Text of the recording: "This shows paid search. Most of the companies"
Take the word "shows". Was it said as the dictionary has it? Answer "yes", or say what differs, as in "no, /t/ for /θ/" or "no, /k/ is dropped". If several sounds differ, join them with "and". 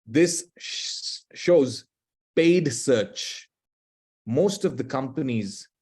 yes